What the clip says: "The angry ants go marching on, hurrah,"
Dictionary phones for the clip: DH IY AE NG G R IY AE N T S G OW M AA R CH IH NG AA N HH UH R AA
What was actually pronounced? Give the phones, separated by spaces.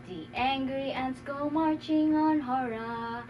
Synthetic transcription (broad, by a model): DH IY AE NG G R IY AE N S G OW M AA R CH IH NG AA N HH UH R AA